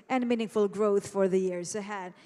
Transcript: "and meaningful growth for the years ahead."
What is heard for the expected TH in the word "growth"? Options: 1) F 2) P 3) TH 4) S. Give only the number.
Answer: 3